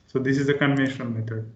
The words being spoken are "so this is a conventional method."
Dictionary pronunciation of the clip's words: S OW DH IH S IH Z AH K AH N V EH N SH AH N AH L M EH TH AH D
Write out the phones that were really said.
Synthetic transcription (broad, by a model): S OW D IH S IH Z AH K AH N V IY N AH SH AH N M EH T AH D